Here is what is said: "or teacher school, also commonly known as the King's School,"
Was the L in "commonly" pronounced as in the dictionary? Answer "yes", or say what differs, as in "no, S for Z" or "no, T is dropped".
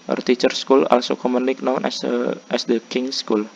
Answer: no, N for L